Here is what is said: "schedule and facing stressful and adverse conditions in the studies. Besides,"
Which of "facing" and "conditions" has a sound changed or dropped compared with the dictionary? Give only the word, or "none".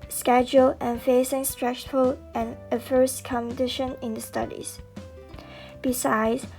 conditions